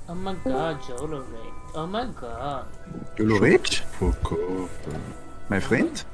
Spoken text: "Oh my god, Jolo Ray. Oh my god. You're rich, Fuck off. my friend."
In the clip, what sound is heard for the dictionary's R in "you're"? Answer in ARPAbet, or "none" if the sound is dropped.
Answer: L